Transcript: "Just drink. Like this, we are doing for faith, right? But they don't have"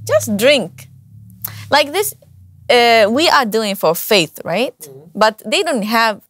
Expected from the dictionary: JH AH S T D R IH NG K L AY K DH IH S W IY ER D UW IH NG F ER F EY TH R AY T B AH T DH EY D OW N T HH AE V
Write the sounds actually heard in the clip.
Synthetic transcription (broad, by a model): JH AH S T D R IH NG K L AY K DH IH S W IY ER D UW IH NG F ER F EY TH R AY T B AH T DH EY D OW N T HH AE V